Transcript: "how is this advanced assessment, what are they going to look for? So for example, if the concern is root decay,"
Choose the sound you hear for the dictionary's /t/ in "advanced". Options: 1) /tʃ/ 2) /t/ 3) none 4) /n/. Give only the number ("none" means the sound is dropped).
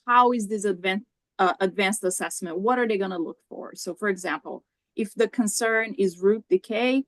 2